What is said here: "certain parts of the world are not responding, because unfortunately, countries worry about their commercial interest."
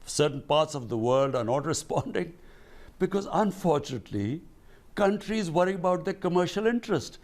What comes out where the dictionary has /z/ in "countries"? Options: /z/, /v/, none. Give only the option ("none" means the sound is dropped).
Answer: /z/